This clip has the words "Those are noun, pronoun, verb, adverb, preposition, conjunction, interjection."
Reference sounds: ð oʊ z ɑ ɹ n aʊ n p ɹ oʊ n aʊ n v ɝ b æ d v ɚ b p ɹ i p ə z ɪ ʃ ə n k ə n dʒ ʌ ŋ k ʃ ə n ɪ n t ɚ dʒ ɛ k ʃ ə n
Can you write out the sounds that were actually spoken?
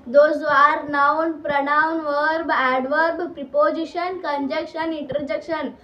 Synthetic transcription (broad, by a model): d oʊ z ɑ ɹ n aʊ n p ɹ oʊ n aʊ n v ɝ b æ d v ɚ b p ɹ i p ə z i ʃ ə n k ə n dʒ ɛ k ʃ ə n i n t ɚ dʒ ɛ k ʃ ə n